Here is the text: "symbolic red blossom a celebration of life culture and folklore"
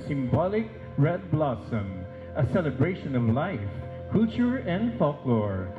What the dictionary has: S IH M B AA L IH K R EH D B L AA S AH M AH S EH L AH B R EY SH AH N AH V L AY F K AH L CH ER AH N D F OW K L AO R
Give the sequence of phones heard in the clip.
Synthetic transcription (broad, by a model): S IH M B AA L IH K R EH D B L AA S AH M AH S EH L AH B R EY SH AH N AH V L AY F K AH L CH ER AH N D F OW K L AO R